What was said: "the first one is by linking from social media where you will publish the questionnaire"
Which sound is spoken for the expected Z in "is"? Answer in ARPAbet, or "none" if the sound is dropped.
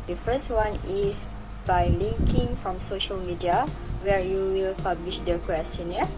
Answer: S